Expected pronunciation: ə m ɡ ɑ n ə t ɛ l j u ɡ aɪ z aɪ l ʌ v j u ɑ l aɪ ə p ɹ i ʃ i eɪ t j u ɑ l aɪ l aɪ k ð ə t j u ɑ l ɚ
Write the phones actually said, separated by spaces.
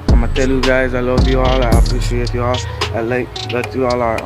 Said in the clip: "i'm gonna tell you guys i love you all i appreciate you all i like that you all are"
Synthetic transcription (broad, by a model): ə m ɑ ə t ɛ l j u ɡ aɪ z aɪ l ʌ v j u ɑ l aɪ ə p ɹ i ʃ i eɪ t j u ɑ l aɪ l aɪ k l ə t j u ɑ l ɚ